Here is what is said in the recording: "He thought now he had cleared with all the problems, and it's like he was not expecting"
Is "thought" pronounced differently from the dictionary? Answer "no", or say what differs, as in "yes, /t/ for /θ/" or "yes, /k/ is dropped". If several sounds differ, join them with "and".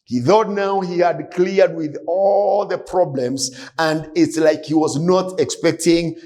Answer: no